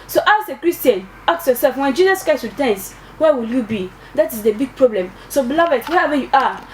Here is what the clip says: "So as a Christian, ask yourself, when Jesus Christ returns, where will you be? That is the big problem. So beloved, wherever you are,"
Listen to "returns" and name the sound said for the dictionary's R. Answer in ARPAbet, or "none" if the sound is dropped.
W